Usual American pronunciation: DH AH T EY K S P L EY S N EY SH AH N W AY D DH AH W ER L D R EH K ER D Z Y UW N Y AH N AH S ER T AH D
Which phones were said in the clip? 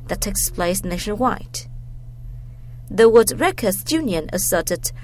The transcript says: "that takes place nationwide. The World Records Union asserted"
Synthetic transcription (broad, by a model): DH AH T EY K S P L EY S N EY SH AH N W AY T DH AH W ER D R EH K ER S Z Y UW N Y AH N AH S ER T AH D